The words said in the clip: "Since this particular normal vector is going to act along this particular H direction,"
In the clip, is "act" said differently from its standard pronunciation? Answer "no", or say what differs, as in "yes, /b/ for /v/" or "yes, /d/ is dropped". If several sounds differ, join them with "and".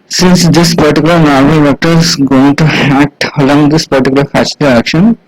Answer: no